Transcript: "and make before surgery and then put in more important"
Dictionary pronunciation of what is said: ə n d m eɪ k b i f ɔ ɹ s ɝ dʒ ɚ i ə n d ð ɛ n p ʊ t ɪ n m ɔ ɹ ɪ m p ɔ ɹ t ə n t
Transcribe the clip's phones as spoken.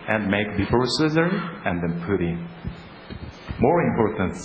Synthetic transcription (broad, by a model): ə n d m eɪ k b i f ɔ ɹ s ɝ z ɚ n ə n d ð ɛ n p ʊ t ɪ m ɔ ɹ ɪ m p ɔ ɹ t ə n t